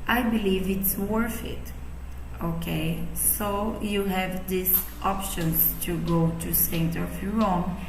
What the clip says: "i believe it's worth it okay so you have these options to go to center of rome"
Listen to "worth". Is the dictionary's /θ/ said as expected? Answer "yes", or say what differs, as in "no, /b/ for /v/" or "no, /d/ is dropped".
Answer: no, /f/ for /θ/